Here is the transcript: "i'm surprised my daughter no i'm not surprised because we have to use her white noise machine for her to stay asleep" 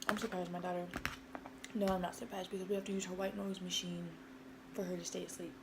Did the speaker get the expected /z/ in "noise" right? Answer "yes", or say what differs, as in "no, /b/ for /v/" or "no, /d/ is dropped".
yes